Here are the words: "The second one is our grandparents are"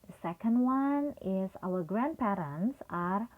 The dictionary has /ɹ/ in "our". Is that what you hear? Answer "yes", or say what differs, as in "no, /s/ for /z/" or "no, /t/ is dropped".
no, /l/ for /ɹ/